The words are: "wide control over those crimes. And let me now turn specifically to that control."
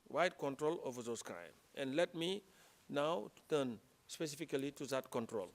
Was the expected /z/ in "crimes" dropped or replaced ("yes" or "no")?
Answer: yes